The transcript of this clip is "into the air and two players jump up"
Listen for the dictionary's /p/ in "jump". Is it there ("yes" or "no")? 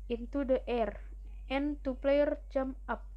no